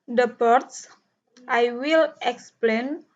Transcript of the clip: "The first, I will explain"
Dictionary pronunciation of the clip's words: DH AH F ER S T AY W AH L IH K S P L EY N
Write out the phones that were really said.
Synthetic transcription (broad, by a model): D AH P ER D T AY W AH L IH K S P L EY N